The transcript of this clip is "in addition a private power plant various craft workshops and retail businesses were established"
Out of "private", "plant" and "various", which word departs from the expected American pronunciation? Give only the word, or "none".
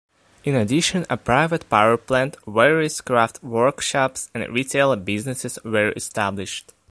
various